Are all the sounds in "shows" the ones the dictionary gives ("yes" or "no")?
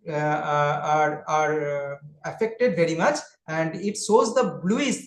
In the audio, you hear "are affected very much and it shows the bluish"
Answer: no